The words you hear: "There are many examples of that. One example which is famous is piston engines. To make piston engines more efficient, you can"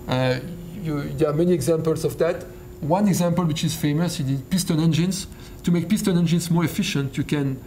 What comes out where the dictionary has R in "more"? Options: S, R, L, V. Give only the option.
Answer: R